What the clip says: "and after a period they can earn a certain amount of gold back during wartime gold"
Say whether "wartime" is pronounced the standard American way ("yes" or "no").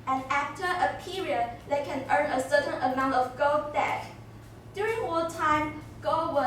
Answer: no